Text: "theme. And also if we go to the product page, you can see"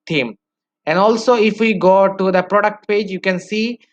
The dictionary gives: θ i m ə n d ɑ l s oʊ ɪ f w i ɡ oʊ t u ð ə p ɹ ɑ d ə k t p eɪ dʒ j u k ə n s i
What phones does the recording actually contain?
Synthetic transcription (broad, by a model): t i m ə n d ɑ l s oʊ ɪ f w i ɡ oʊ t u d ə p ɹ ɑ d ə k t p eɪ dʒ j u k ə n s i